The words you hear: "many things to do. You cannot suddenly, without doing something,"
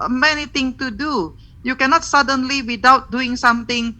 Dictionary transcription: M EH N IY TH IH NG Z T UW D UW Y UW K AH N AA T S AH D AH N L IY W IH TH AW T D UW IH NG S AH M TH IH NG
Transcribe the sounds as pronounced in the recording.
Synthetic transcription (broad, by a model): M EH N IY T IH NG T UW D UW Y UW K AH N AA T S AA D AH N L IY W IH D AW T D UW IH NG S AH M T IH NG